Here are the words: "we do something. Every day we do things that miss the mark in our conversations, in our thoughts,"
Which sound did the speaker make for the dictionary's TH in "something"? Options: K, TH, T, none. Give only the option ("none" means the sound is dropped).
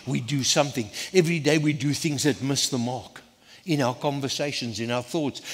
TH